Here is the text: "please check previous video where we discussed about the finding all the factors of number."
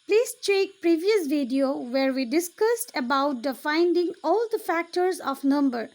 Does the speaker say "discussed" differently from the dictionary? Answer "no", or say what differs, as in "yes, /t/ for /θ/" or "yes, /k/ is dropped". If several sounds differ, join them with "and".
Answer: no